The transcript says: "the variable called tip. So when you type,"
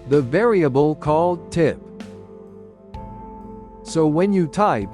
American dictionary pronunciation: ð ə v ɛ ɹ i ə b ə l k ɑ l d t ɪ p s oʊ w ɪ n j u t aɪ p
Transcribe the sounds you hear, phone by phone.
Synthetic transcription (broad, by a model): ð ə v ɛ ɹ i ə b ə l k ɑ l d t ɪ p s oʊ w ɪ n j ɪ t aɪ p